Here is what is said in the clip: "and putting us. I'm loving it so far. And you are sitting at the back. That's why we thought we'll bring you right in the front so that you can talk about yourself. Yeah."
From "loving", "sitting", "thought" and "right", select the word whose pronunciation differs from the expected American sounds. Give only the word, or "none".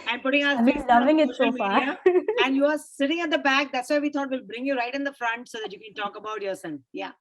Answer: thought